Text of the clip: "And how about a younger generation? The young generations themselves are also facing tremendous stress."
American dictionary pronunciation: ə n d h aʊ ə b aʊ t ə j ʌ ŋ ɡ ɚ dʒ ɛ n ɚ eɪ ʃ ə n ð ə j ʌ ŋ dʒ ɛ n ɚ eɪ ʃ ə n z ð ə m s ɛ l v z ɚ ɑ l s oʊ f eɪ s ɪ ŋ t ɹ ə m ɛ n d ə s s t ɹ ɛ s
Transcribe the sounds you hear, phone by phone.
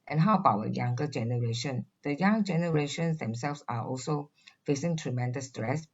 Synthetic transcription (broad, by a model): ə n h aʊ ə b aʊ ə j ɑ ŋ ɡ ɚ dʒ ɛ n ɚ eɪ ʃ ə n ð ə j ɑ ŋ dʒ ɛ n ɚ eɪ ʃ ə n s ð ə m s ɛ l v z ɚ ɑ l s oʊ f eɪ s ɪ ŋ t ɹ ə m ɛ n d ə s s t ɹ ɛ s